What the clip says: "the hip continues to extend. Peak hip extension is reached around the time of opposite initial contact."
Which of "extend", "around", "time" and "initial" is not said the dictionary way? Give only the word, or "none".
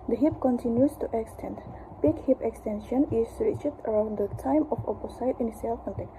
initial